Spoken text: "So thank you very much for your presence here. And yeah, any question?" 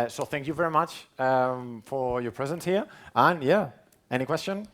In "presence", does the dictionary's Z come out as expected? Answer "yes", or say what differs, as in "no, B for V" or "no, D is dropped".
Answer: yes